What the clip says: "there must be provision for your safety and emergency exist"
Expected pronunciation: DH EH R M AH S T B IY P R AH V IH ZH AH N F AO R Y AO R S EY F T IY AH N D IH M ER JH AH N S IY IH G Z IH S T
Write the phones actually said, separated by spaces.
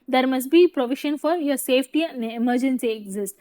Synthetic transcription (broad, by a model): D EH R M AH S T B IY P R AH V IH SH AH N F AO R Y AO R S EY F T IY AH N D IH M ER JH AH N S IY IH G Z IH S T